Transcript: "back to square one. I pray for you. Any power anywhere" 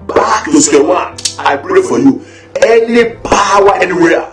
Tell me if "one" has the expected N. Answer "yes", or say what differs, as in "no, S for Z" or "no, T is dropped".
no, N is dropped